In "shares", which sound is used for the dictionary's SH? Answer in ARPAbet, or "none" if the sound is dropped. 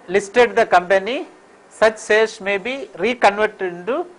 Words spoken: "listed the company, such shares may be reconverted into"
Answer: S